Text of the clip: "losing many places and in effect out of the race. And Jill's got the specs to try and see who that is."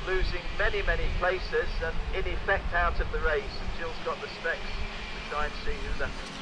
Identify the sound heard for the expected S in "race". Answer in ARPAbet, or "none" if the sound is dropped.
none